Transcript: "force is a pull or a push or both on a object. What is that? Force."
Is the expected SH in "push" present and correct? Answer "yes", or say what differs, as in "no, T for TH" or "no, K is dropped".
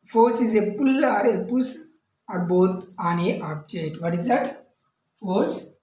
no, S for SH